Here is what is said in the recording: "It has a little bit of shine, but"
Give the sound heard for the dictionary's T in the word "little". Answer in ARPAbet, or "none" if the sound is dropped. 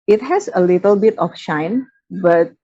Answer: T